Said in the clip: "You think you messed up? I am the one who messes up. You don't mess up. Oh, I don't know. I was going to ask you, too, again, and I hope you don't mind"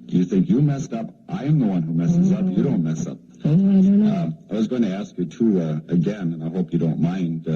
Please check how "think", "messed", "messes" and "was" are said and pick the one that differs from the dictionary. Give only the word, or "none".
none